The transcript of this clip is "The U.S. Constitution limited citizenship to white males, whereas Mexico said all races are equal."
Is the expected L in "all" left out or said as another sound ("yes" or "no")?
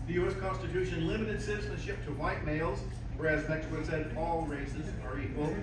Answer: no